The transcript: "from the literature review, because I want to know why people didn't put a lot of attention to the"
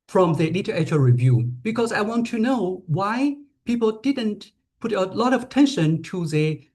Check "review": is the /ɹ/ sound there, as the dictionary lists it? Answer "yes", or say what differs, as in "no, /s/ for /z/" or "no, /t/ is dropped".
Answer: yes